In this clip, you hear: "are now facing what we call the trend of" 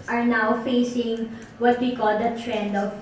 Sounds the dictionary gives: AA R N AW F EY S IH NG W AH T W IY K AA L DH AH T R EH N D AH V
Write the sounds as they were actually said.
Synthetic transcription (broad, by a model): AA R N AW F EY S IH NG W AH T W IY K AA L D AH T R EH N D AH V